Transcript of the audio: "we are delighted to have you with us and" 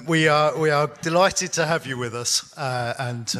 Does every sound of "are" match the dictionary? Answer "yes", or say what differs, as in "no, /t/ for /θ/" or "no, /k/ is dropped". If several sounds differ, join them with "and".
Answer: no, /w/ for /ɹ/